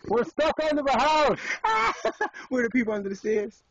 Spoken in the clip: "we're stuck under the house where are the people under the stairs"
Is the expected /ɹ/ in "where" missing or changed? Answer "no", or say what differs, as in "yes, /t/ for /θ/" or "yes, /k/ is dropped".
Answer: yes, /w/ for /ɹ/